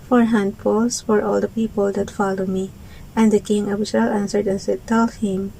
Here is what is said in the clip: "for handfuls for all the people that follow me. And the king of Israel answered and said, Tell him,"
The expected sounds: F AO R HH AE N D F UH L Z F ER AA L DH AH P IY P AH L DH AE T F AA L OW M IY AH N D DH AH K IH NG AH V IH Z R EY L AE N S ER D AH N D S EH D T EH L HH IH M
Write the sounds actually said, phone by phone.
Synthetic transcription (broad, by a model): F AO R HH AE N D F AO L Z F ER AA L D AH P IY P AH L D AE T F AA L OW M IY AH N D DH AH K IH NG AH B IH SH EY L AE N S ER D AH N S EH D T EH L HH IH M